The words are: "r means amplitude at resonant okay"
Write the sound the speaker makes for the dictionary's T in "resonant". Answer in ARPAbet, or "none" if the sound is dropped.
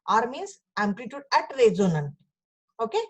none